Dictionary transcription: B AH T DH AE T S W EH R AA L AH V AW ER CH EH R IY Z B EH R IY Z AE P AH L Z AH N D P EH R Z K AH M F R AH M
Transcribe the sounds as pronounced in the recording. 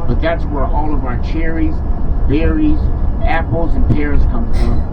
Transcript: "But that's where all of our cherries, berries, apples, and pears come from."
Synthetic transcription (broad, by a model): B AH T DH AE T S W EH R AA L AH V AW ER CH EH R IY Z B EH R IY Z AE P L Z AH N P EH R Z K AH M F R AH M